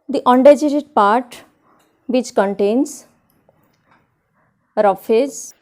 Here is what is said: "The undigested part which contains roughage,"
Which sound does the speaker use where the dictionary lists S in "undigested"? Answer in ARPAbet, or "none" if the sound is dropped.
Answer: none